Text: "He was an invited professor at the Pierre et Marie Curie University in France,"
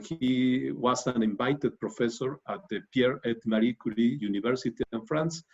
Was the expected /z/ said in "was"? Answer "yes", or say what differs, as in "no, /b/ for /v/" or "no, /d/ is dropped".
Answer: no, /s/ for /z/